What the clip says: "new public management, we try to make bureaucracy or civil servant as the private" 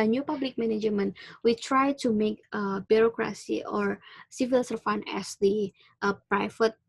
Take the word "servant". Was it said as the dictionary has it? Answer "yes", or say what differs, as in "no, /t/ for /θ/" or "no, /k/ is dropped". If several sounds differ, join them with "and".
no, /f/ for /v/ and /t/ is dropped